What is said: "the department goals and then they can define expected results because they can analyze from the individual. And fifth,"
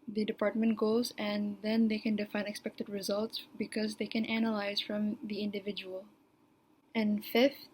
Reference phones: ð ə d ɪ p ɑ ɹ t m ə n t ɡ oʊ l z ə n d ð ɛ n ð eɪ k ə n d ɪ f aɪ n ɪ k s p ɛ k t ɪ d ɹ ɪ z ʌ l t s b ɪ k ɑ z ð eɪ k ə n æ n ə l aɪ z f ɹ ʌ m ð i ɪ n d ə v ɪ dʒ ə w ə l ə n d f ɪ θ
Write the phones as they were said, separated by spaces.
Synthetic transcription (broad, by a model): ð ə d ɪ p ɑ ɹ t m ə n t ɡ oʊ z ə n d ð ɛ n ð eɪ k ə n d ɪ f aɪ n ɪ k s p ɛ k t ɪ d ɹ ɪ z ʌ l t s b ɪ k ɑ z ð eɪ k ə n æ n ə l aɪ z f ɹ ʌ m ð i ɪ n d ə v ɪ dʒ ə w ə l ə n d f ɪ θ